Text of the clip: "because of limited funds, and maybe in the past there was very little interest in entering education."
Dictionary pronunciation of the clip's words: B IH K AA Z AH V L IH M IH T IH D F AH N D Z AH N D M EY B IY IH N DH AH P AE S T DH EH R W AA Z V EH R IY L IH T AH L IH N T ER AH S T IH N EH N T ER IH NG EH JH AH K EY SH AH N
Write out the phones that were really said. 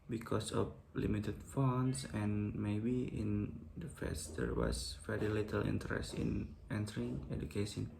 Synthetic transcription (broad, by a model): B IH K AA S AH F L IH M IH T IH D F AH N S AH N M EY B IY IH N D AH F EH S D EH R W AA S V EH R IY L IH T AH L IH N T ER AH S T IH N EH N T ER IH NG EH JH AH K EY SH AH N